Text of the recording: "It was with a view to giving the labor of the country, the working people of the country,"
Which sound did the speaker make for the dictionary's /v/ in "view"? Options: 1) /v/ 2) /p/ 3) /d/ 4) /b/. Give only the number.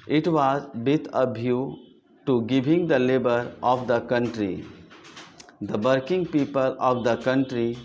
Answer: 4